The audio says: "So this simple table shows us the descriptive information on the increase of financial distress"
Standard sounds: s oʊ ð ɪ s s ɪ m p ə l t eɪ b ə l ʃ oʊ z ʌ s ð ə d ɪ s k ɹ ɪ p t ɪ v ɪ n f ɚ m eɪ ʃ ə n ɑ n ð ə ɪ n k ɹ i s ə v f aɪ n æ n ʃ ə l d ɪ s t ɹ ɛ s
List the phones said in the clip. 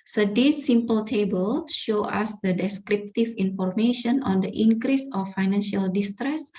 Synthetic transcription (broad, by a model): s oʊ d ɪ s s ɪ m p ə l t eɪ b ə l ʃ oʊ ɑ s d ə d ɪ s k ɹ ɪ p t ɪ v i n f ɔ m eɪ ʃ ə n ɑ n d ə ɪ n k ɹ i s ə f aɪ n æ n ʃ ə l d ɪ s t ɹ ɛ s